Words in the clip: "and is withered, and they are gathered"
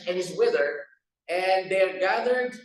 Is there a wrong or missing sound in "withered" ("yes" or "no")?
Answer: yes